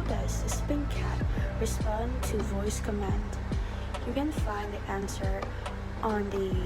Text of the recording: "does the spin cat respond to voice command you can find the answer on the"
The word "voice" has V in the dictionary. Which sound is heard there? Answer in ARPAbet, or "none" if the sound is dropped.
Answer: V